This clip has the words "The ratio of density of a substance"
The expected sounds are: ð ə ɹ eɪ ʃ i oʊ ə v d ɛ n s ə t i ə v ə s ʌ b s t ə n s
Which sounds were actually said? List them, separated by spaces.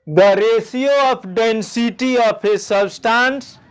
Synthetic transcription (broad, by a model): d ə ɹ eɪ s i oʊ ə p d ɛ n s ə t i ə p ə s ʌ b s t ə n s